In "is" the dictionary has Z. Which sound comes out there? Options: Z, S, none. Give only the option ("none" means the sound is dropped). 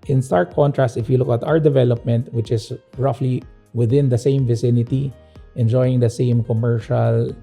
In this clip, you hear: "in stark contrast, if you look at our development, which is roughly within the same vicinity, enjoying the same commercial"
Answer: S